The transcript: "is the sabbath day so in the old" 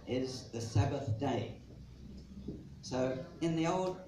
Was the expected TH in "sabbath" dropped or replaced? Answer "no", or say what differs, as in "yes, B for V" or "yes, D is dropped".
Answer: no